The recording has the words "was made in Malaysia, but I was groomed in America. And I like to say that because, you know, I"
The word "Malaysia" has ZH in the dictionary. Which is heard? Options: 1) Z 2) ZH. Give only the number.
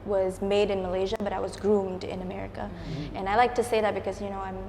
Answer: 2